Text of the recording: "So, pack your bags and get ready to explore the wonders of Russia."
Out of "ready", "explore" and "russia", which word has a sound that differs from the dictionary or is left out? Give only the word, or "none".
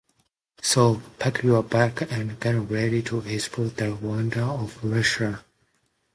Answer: explore